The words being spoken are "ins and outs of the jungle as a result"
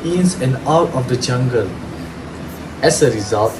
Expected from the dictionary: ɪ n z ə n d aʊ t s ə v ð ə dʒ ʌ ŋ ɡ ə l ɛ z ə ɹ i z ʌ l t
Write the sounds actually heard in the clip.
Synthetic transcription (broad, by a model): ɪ n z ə n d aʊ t ə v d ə dʒ ʌ ŋ ɡ ə l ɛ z ə ɹ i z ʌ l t